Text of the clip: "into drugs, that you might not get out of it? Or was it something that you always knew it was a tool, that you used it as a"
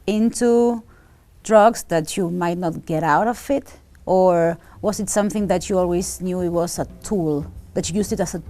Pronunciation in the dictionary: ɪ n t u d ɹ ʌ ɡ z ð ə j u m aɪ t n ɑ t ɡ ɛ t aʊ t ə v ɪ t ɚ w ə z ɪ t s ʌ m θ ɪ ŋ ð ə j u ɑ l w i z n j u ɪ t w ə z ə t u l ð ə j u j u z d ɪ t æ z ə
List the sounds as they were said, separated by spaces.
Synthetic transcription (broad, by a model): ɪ n t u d ɹ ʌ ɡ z ð ə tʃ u m aɪ t n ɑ t ɡ ɛ t aʊ t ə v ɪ t ɚ w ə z ɪ t s ʌ m θ ɪ ŋ ð ə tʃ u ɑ l w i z n j u ɪ t w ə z ə t u l ð ə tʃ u j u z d ɪ t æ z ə